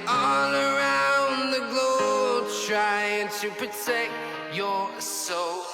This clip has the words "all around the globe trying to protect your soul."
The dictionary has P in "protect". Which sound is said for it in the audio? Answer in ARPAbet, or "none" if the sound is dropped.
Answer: P